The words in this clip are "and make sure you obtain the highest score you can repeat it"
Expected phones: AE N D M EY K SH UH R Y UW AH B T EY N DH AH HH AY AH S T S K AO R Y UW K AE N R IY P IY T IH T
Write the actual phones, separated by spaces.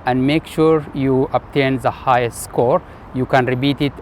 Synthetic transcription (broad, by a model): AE N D M EY K SH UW R Y UW AH B T EY N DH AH HH AY AH S T S K AO R Y UW K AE N R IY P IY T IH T